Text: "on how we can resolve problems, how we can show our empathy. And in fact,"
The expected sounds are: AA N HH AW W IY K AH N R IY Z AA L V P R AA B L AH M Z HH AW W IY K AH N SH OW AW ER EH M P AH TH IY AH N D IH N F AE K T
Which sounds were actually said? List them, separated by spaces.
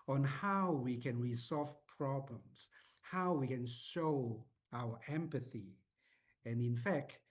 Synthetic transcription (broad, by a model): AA N HH AW W IY K AH N R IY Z AA L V P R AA B L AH M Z HH AW W IY K AH N SH OW AW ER EH M P AH TH IY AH N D IH N F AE K T